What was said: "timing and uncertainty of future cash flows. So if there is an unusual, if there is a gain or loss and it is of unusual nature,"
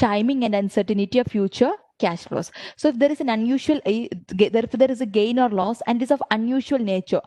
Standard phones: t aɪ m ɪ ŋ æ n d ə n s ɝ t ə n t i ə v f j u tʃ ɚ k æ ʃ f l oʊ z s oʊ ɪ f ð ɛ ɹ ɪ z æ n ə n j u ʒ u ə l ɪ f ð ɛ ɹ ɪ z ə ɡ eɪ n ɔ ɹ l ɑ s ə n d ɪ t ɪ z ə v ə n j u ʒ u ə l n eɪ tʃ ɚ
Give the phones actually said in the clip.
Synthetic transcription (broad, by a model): aɪ m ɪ ŋ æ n d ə n s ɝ t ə n t i ə v f j u tʃ ɚ k æ ʃ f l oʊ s s oʊ ɪ f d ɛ ɹ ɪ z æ n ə n j u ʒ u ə l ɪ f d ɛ ɹ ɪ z ə ɡ eɪ n ɔ ɹ l ɑ s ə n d ɪ t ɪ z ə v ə n j u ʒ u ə l n eɪ tʃ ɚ